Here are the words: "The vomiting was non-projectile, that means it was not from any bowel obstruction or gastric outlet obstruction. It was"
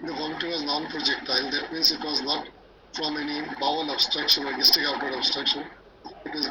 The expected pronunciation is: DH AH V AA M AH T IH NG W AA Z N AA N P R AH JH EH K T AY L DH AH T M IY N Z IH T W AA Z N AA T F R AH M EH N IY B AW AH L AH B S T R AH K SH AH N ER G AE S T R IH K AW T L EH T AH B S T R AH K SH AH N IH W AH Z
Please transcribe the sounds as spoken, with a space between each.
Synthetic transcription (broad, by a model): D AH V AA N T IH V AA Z N AA N P R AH JH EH K T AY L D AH T M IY N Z IH T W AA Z N AA T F R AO M EH N IY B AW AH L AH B S T R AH K SH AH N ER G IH S T IH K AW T AH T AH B S T R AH K SH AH N IH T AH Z